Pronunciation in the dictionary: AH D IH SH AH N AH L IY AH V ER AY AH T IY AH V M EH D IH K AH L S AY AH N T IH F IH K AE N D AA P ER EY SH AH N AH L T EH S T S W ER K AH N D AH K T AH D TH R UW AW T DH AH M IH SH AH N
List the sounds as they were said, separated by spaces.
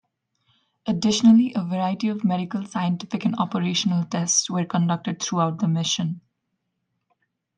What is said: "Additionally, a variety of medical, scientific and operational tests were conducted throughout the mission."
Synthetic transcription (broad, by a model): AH D IH SH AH N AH L IY AH V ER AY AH T IY AH V M EH D IH K AH L S AY AH N T IH F IH K AE N D AA P ER EY SH AH N AH L T EH S T S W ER K AH N D AH K T AH D T R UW AW T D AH M IH SH AH N